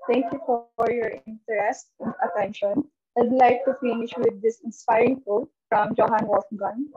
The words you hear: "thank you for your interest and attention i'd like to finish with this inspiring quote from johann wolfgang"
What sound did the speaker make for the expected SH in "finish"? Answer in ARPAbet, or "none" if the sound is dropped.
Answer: SH